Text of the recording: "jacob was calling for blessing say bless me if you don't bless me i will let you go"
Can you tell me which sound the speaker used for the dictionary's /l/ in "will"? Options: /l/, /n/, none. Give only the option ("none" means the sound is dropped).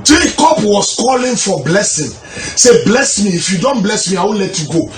/n/